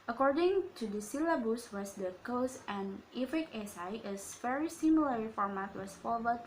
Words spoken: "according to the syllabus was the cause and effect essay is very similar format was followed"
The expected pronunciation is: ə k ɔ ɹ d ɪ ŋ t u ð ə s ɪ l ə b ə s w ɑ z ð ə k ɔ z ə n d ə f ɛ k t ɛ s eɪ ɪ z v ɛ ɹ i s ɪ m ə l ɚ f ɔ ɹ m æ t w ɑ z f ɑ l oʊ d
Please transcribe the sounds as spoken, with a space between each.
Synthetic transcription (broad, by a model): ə k ɔ ɹ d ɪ ŋ t u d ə s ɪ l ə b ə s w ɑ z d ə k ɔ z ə n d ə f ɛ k ɛ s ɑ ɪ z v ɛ ɹ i s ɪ m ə l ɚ f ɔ ɹ m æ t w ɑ s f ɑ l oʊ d